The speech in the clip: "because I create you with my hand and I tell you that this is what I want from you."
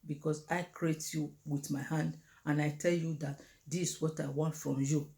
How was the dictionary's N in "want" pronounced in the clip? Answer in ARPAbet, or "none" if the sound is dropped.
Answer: N